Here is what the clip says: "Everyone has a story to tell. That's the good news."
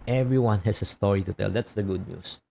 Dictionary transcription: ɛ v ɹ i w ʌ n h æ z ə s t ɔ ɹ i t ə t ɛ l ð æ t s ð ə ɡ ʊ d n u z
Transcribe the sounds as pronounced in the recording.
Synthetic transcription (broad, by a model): ɛ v ɹ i w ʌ n h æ s ə s t ɔ ɹ i t ə t ɛ l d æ t s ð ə ɡ ʊ d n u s